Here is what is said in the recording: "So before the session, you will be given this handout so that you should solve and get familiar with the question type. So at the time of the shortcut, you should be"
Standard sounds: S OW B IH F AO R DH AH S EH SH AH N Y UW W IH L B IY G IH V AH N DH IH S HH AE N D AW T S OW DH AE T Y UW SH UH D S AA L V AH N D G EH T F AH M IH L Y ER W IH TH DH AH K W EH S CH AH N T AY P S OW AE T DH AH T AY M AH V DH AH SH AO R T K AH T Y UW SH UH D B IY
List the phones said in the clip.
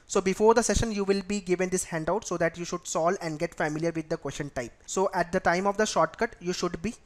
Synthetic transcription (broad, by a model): S OW B IH F AO R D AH S EH SH AH N Y UW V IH L B IY G IH V AH N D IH S HH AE N D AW T S OW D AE T Y UW SH UH D S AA L AH N D G EH T F AH M IH L Y ER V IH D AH K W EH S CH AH N T AY P S OW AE T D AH T AY M AH V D AH SH AO R T K AH T Y UW SH UH D B IY